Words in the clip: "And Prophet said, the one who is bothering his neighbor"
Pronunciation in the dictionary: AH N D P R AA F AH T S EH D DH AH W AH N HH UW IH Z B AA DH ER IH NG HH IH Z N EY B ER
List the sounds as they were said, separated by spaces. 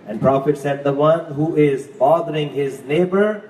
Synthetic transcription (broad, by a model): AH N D P R AA F AH T S EH D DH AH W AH N HH UW IH Z B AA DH ER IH NG HH IH Z N EY B ER